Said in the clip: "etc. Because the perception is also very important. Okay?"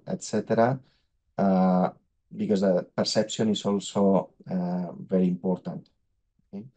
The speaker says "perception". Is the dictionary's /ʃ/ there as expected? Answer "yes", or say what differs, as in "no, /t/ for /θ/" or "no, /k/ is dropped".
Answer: no, /s/ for /ʃ/